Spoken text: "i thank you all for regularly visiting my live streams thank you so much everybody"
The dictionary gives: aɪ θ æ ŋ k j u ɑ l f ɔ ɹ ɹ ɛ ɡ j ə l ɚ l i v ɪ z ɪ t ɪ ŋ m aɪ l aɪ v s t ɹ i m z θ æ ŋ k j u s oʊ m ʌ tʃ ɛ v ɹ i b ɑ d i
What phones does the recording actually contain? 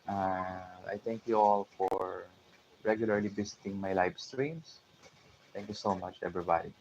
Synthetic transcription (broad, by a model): aɪ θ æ ŋ k j u ɑ l f ɔ ɹ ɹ ɛ ɡ j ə l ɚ l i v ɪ s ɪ t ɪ ŋ m aɪ l aɪ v s t ɹ i m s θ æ ŋ k j u s oʊ m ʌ tʃ ɛ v ɹ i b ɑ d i